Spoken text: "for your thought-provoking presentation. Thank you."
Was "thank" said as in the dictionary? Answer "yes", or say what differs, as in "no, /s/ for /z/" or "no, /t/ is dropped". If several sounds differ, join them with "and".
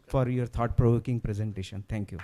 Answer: no, /t/ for /θ/